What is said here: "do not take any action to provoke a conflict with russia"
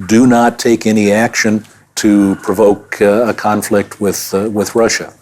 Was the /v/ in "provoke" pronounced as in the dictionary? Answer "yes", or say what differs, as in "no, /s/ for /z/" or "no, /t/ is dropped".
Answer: yes